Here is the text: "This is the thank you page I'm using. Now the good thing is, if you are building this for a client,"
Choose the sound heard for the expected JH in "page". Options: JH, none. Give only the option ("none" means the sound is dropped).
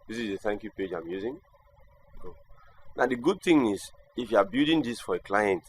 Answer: JH